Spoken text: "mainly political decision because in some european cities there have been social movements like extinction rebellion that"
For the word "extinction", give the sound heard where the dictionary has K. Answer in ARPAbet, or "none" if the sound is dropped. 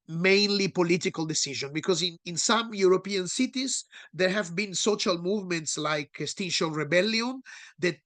none